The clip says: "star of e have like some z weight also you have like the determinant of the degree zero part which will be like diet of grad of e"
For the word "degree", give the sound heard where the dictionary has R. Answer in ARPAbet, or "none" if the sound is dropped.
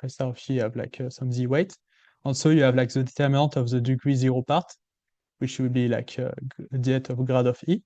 W